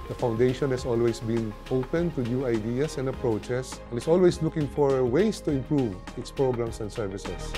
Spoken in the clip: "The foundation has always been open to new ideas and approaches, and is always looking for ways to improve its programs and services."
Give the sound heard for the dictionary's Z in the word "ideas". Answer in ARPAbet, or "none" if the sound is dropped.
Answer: S